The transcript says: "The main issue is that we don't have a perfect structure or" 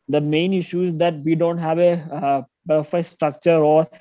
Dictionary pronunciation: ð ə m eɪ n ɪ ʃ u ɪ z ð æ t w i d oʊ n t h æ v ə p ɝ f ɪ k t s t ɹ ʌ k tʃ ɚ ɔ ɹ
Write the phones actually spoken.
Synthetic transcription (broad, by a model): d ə m eɪ n ɪ ʃ u ɪ z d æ t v i d oʊ n t h æ v ə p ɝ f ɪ s t ɹ ʌ k tʃ ɚ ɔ ɹ